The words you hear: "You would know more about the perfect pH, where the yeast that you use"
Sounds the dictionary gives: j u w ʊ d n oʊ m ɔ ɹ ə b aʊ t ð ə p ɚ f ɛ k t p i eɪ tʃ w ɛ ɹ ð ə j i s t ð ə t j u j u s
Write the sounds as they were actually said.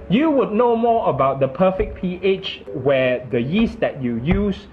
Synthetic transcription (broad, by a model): j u w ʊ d n oʊ m ɔ ə b aʊ t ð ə p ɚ f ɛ k p i eɪ tʃ w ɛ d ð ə j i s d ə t j u j u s